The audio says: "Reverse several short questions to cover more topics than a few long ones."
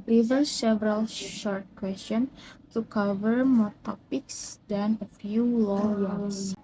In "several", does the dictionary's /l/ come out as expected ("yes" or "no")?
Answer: yes